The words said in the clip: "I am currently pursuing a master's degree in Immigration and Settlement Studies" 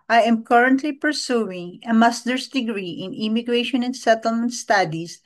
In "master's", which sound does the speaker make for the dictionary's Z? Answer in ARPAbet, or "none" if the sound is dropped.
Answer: S